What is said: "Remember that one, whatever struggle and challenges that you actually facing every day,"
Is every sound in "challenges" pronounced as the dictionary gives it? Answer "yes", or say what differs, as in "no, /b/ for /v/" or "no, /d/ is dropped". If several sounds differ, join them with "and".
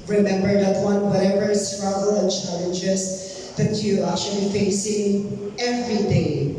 no, /s/ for /z/